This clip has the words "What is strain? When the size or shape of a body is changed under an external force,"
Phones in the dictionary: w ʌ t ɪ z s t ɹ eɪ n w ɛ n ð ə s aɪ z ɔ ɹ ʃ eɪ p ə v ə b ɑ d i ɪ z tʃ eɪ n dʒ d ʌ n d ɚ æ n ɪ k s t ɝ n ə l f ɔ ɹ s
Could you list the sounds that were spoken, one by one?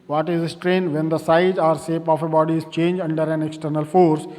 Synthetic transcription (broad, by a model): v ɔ t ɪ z s t ɹ eɪ n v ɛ n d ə s aɪ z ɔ ɹ s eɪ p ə f ə b ɑ d i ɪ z tʃ eɪ n dʒ ʌ n d ɚ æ n ɪ k s t ɝ n ə l f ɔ ɹ s